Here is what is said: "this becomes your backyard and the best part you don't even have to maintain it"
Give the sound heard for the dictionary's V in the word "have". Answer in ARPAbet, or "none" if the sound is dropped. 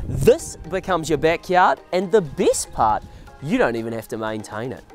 F